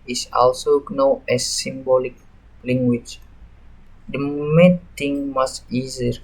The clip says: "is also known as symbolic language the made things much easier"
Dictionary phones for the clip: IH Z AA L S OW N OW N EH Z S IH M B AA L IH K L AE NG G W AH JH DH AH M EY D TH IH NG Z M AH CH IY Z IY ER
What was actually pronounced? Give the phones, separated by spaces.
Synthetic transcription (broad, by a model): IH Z AA L S OW N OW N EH S IH M B AA L IH K L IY NG G W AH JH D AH M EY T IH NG M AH S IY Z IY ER